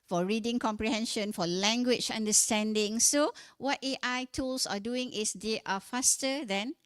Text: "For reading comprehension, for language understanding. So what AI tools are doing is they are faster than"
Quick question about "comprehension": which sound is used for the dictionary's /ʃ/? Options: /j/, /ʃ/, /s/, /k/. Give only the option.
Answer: /ʃ/